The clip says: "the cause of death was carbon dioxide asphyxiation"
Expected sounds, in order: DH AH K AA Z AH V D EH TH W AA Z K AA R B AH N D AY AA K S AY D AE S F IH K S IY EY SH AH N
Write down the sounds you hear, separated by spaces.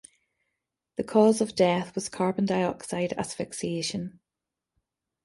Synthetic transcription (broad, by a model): DH AH K AA Z AH V D EH TH W AA Z K AA R B AH N D AY AA K S AY D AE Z F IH K S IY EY SH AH N